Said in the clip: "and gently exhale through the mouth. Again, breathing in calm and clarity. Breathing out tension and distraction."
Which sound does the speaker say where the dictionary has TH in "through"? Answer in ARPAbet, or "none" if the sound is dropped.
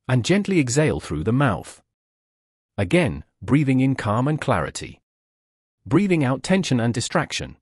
TH